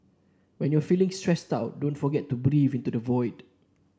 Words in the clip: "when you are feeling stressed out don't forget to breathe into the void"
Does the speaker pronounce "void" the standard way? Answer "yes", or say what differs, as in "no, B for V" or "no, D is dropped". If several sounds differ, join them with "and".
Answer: yes